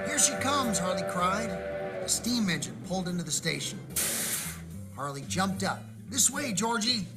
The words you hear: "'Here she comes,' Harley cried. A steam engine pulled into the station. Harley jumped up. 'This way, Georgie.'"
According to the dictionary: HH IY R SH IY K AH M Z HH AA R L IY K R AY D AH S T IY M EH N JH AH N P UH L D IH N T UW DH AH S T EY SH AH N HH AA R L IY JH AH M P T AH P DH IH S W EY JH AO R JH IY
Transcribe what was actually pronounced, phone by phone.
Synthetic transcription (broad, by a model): HH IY R SH IY K AH M Z HH AA R L IY K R AY D AH S T IY M EH N JH AH N P UH L D IH N T UW DH AH S T EY SH AH N HH AA R L IY JH AH M P T AH P DH IH S W EY JH AO R JH IY